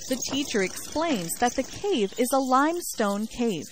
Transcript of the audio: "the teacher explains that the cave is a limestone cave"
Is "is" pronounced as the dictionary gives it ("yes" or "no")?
yes